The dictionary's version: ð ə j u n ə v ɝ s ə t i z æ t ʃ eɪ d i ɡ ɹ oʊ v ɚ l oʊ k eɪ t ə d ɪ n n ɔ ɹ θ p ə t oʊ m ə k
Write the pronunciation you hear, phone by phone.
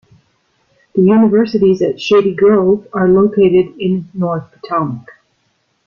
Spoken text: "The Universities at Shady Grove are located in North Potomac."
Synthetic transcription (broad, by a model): ð ə j u n ə v ɝ s ə t i z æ t ʃ eɪ d i ɡ ɹ oʊ v ɚ l oʊ k eɪ t ə d ɪ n n ɔ ɹ θ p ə t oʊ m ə k